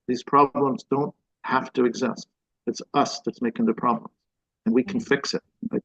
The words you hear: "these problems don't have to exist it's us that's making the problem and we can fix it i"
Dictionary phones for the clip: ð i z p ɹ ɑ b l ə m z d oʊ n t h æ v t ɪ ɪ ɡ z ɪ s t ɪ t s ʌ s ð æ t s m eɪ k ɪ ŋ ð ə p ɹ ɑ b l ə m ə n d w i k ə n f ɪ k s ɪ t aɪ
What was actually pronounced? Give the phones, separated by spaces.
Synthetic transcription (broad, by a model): ð i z p ɹ ɑ b l ə m z d oʊ n t h æ f t ɪ ɪ ɡ z ɪ s t ɪ t s ʌ s ð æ t s m eɪ k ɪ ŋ ð ə p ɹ ɑ b l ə m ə n w i k n f ɪ k s ɪ t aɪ